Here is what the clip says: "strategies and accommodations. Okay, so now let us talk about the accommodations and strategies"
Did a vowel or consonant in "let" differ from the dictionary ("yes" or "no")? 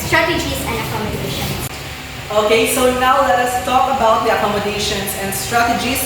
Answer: no